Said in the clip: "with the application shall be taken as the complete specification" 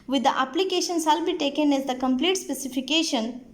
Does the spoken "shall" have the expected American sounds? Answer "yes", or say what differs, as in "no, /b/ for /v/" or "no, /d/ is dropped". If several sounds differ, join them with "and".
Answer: no, /s/ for /ʃ/